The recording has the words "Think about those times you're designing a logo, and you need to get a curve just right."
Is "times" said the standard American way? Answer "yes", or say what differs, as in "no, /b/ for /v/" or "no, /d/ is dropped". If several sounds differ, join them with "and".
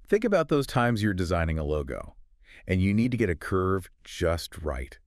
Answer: yes